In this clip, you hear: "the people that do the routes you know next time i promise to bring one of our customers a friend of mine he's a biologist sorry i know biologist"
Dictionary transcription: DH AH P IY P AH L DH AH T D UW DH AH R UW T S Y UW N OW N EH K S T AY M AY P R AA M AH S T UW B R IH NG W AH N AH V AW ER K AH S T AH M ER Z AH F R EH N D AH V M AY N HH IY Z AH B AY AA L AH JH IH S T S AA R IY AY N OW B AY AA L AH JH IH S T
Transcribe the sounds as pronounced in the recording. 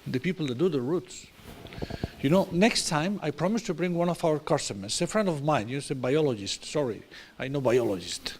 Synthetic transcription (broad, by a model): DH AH P IY P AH L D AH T D UW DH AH R UW T S Y UW N OW N EH K S T AY M AY P R AA M AH S T UW B R IH NG W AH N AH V AW ER K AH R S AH M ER S AH F R EH N D AH V M AY N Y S AH B AY AA L AH JH IH S T S AA R IY AY N OW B AY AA L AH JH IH S T